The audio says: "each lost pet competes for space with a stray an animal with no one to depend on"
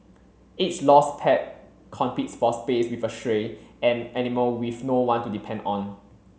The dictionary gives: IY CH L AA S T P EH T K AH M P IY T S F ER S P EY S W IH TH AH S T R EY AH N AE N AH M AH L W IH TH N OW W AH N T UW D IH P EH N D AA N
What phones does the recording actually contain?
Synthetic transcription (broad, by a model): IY S L AA S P EH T K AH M P IY T S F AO S P EY S W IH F AH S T R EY AH N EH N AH M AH W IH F N OW W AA N T UW D IH P EH N D AA N